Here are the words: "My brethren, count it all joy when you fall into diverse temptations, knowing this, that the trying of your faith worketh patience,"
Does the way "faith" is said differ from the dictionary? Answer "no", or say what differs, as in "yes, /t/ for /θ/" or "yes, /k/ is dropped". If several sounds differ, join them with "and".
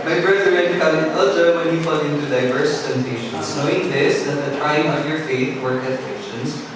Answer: no